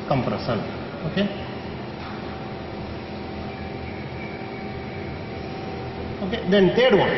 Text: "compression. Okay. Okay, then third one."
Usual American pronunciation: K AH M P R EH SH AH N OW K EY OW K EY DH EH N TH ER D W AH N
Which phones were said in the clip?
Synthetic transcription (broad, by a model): K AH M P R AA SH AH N OW K EY OW K EY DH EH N T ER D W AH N